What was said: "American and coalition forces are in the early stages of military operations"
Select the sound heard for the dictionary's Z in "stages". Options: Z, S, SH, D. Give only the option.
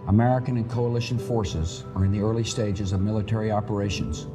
Z